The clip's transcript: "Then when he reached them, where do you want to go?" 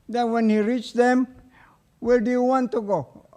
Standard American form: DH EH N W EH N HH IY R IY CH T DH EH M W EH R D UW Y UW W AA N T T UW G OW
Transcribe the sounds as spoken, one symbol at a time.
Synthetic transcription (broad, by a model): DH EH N W EH N HH IY R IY CH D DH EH M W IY L D UW Y UW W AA N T T UW G OW